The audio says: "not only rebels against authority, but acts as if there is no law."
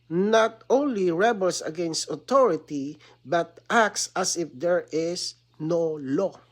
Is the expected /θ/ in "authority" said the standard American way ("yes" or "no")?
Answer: no